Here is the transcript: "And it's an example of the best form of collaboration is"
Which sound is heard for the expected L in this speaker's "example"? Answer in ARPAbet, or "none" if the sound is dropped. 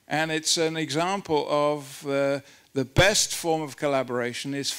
L